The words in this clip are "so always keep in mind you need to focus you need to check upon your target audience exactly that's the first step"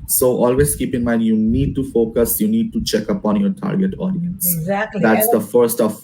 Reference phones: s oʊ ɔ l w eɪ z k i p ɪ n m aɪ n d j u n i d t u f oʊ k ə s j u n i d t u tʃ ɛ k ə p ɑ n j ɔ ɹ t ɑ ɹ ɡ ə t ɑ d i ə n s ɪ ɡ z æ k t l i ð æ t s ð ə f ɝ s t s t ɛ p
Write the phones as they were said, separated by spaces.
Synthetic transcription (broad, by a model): s oʊ ɔ l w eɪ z k i p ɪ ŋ m aɪ n d j u n i d t u f oʊ k ə s j u n i d t u tʃ ɛ k ə p ɑ n j ɔ ɹ t ɑ ɹ ɡ ə t ɑ d i ə n s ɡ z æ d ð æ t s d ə f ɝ t s t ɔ